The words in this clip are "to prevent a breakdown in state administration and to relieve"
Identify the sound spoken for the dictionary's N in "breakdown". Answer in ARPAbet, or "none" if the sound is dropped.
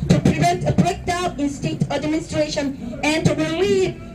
none